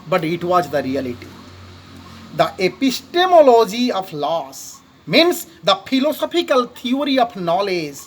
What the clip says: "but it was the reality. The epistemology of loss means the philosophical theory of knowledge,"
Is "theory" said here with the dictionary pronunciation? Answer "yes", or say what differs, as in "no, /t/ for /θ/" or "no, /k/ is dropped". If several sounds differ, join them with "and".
no, /t/ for /θ/